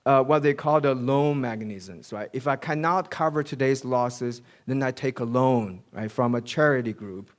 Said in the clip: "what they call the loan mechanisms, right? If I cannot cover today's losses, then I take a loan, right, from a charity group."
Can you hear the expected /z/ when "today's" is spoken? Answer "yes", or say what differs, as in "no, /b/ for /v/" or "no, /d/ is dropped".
yes